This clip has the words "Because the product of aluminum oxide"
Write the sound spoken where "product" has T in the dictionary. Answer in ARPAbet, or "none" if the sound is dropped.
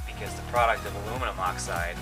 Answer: T